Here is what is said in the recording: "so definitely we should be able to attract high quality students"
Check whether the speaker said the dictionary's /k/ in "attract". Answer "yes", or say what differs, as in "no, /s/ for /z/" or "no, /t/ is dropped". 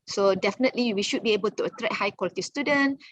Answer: no, /k/ is dropped